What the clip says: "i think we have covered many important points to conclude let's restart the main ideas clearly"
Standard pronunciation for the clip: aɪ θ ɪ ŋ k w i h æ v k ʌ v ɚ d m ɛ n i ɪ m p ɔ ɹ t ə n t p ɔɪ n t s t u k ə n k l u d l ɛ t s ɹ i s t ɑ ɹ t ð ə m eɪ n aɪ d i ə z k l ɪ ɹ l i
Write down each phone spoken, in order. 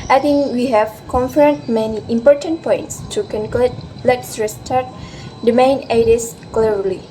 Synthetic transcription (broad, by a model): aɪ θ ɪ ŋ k w i h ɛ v k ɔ f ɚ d m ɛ n i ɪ m p ɔ ɹ t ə n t p ɔɪ n t s t u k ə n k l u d l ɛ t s ɹ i s t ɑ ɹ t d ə m eɪ n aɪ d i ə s k l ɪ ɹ l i